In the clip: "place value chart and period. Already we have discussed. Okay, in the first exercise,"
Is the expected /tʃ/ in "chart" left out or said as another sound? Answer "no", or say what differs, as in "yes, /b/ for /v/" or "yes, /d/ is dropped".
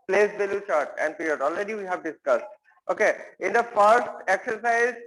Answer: no